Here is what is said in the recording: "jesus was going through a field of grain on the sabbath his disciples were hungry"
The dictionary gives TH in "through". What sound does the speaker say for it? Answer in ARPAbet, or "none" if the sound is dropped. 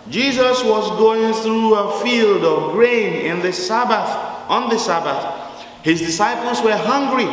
TH